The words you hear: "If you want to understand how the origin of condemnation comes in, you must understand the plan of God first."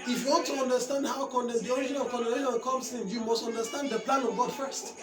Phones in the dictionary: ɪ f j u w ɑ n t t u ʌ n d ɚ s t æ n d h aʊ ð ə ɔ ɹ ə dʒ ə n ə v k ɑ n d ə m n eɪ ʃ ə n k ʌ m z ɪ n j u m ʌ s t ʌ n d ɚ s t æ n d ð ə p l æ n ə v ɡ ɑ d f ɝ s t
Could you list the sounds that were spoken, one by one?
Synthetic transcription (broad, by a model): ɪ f j u w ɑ n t t u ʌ n d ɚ s t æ n d h aʊ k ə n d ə ʃ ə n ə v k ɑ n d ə n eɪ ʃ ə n k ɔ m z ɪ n j u m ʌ s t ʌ n d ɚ s t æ n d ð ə p l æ n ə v ɡ ɑ d f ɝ s t